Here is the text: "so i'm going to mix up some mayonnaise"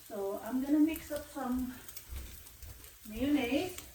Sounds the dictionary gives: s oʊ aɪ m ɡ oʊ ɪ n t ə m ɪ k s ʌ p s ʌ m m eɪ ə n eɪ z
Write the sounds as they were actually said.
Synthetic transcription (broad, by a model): s oʊ aɪ m ɡ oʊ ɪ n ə m ɪ k s ʌ p s ʌ m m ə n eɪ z